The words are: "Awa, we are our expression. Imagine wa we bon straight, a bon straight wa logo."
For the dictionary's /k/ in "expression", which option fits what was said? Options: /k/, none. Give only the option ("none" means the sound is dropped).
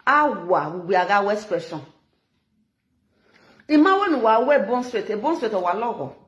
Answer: none